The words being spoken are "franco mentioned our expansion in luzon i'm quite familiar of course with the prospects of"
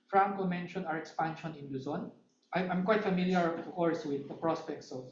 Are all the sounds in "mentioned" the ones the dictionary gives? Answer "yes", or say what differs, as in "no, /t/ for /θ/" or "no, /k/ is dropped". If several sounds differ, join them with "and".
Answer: no, /d/ is dropped